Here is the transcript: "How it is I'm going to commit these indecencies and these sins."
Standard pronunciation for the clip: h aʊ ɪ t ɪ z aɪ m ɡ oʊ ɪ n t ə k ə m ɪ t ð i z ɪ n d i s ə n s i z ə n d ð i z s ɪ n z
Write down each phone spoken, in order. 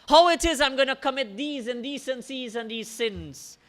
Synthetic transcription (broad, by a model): h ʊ ɪ t ɪ z aɪ m ɡ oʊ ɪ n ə k ə m ɪ t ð i z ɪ n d i s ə n s i z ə n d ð i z s ɪ n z